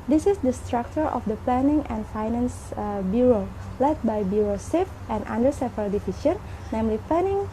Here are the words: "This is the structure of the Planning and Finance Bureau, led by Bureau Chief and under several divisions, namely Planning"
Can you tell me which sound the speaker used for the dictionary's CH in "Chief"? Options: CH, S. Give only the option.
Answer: S